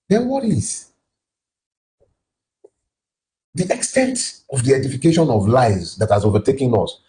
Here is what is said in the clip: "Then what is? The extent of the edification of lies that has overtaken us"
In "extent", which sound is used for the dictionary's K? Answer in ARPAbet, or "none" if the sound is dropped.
K